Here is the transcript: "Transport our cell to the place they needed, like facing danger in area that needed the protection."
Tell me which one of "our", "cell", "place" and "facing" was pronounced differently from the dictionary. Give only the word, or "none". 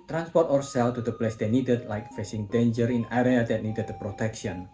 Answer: none